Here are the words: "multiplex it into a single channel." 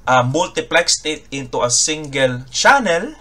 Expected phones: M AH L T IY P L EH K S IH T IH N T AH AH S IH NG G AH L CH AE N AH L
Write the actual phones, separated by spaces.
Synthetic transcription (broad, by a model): M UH L T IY P L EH K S IH T IH N T AH AH S IH NG G AH L CH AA N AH L